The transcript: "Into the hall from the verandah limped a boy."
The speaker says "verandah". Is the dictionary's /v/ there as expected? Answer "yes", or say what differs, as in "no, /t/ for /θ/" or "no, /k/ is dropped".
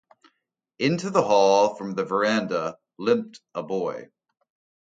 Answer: yes